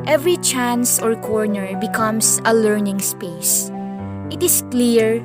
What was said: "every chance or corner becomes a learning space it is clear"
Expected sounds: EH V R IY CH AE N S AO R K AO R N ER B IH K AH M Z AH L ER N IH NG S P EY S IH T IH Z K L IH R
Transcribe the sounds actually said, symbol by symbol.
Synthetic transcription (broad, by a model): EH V R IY CH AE N S AO R K AO R N ER B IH K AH M S AH L ER N IH NG S P EY S IH T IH S K L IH R